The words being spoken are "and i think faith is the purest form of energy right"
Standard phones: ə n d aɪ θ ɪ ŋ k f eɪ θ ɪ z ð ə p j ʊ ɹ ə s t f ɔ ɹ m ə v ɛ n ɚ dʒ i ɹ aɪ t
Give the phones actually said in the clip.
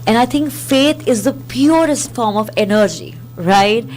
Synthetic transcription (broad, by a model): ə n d aɪ t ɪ ŋ k f eɪ t ɪ z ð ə p j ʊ ɹ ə s t f ɔ ɹ m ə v ɛ n ɚ dʒ i ɹ aɪ t